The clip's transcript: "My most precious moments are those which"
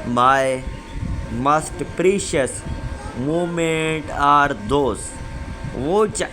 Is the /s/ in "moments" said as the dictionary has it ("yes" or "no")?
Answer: no